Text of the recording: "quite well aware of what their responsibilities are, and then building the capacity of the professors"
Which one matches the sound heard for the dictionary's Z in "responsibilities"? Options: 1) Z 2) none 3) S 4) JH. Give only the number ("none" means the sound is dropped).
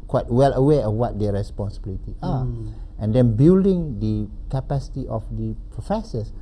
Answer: 2